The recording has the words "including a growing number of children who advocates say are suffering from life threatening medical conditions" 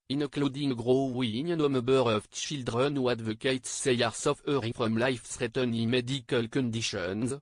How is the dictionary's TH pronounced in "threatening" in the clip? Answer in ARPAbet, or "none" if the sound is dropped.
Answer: S